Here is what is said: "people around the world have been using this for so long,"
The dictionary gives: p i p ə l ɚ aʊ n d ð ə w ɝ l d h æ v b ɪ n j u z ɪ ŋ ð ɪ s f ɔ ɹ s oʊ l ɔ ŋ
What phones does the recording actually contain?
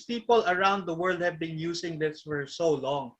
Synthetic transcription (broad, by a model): p i p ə l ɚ aʊ n d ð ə w ɝ l d h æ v b ɪ n j u s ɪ ŋ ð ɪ s f ɔ ɹ s oʊ l ɔ ŋ